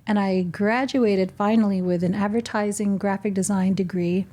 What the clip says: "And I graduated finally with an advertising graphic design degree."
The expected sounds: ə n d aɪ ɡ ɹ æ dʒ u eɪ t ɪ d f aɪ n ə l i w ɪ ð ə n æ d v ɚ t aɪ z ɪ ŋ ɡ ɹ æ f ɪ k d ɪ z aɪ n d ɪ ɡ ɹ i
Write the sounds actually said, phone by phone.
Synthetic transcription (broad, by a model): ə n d aɪ ɡ ɹ æ dʒ u eɪ t ɪ d f aɪ n l i w ɪ ð ə n æ d v ɚ t aɪ z ɪ ŋ ɡ ɹ æ f ɪ k d ɪ z aɪ n d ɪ ɡ ɹ i